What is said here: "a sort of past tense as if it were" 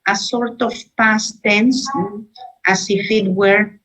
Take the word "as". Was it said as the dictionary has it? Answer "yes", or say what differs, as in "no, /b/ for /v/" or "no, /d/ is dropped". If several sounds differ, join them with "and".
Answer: no, /s/ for /z/